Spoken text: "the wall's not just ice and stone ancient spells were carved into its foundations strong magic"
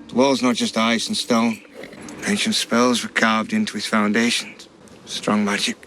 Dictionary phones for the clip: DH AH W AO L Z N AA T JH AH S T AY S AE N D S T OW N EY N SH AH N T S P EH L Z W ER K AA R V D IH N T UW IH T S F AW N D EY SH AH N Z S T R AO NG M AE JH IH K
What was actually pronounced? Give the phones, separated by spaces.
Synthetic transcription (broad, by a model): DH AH W AO L Z N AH T JH AH S T AY S N S T OW N EY N SH AH N T S P EH L Z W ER K AA R V D IH N T UW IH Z F AW N D EY SH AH N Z S T R AO NG M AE JH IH K